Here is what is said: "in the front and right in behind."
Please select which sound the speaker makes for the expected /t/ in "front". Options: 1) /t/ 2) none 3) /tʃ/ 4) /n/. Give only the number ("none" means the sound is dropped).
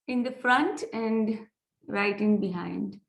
1